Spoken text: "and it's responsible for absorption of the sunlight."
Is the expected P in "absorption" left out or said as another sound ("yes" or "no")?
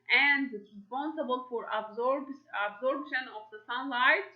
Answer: yes